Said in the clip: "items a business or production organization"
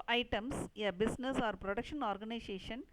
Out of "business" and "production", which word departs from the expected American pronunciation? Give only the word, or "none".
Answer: business